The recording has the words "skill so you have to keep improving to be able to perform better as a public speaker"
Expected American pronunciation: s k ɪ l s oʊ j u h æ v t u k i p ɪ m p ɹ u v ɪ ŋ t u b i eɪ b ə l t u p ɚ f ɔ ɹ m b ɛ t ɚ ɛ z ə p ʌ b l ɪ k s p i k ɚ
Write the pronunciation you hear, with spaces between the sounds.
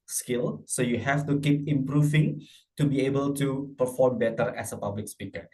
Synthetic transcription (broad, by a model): s k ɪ l s oʊ j u h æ f t u k i p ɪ m p ɹ u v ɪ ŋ t u b i eɪ b ə l t u p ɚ f ɔ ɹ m b ɛ t ɚ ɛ s ə p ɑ b l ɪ k s p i k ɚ